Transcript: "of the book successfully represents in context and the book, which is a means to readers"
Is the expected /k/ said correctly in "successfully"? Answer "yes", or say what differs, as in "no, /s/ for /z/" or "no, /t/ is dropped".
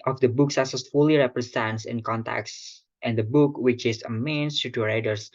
no, /k/ is dropped